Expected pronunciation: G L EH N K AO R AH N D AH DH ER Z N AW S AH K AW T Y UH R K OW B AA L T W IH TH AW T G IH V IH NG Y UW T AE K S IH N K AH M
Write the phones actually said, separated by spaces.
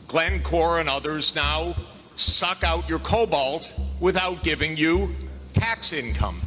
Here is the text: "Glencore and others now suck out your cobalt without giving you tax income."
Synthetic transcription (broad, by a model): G L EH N K AO R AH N AH DH ER Z N AW S AH K AW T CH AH R K OW B AA L T W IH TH AW T G IH V IH NG Y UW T AE K S IH N K AH M